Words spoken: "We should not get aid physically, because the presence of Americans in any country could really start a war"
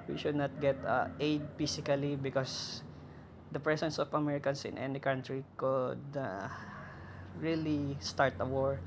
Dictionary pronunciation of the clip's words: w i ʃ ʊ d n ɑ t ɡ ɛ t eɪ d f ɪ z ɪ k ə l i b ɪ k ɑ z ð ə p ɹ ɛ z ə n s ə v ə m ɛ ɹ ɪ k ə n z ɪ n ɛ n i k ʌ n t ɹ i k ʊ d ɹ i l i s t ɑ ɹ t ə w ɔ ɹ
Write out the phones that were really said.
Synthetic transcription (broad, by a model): w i ʃ ʊ d n ɑ t ɡ ɛ t eɪ d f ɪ s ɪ k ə l i b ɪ k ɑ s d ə p ɹ ɛ s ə n s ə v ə m ɛ ɹ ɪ k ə n s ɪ n ɛ n i k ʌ n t ɹ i k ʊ d ɹ i l i s t ɑ ɹ t ə w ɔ ɹ